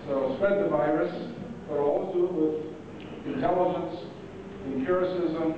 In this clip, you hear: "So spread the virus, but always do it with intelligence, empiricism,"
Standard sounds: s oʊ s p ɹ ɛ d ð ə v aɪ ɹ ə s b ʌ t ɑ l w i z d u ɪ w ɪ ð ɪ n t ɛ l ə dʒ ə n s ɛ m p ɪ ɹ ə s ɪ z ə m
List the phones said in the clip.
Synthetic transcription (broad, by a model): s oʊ s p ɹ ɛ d ð ə v aɪ ɹ ə s b ʌ t ɑ l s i ɪ w ɪ ð ɪ n t ɛ l ə dʒ ə n s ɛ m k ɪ ɹ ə s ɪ z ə m